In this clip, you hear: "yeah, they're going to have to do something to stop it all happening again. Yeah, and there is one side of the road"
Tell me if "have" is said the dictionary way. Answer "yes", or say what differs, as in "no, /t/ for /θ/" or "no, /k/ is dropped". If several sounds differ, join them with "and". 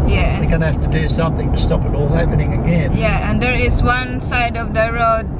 no, /f/ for /v/